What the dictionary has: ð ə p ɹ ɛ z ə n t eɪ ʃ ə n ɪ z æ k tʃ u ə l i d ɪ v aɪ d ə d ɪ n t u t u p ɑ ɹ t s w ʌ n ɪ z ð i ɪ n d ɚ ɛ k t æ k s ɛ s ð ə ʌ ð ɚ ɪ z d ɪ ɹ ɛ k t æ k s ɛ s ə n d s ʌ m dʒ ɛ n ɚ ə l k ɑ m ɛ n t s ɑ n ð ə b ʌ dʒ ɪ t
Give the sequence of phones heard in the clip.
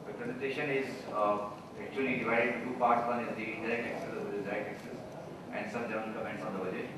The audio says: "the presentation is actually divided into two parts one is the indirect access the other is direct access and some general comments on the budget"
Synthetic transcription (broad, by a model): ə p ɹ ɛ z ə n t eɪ ʃ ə n ɪ z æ k tʃ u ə l i d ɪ v aɪ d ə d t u t u p ɑ ɹ t s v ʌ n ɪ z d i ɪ d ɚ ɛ k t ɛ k s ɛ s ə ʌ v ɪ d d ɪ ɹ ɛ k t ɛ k s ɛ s ə n d s ʌ m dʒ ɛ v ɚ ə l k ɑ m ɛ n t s ɑ n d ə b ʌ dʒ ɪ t